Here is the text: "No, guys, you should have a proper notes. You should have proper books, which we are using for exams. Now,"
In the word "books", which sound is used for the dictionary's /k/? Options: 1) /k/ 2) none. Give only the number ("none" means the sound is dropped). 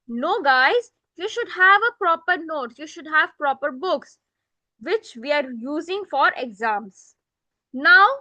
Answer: 1